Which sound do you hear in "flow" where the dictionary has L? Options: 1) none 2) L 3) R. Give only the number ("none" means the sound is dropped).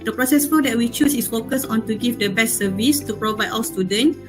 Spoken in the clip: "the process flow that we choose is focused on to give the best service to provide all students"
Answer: 1